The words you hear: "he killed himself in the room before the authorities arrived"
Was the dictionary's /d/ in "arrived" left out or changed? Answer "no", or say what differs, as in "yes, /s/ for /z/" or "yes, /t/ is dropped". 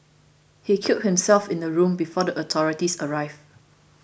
yes, /d/ is dropped